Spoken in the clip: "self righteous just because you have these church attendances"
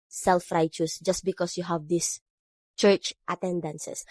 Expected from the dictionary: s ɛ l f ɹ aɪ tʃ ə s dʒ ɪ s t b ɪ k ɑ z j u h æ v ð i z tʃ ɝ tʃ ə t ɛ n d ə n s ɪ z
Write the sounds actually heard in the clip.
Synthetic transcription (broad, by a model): s ɛ l f ɹ aɪ tʃ ə s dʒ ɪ s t b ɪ k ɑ s j u h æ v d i s tʃ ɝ tʃ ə t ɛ n d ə n s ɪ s